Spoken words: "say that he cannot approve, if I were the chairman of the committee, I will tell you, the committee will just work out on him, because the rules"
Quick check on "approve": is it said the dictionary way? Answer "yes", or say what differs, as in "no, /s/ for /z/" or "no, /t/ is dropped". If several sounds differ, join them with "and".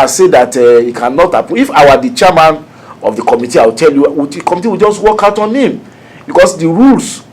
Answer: no, /ɹ/ is dropped and /v/ is dropped